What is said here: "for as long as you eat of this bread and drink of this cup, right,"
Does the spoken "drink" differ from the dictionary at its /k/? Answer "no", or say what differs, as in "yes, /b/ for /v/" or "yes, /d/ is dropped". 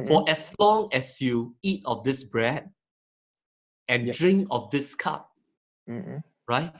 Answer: no